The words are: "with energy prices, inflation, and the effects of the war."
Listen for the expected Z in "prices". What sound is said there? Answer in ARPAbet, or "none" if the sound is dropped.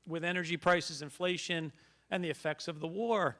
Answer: Z